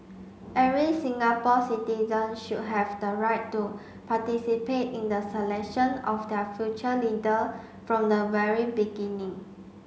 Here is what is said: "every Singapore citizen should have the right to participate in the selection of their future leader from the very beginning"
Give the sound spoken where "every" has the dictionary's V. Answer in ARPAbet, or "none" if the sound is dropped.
none